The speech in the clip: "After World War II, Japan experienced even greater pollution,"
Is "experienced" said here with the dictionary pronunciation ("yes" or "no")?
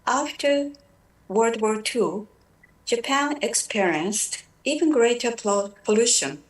yes